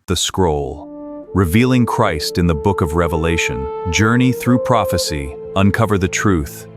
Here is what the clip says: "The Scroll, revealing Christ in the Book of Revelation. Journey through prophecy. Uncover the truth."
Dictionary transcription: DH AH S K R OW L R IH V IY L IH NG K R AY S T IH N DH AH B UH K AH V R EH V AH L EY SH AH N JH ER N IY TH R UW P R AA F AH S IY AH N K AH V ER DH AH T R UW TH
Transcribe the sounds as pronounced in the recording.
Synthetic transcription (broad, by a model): DH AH S K R OW L R IH V IY L IH NG K R AY S T IH N DH AH B UH K AH V R EH V AH L EY SH AH N JH ER N IY TH R UW P R AA F AH S IY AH N K AH V ER DH AH T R UW TH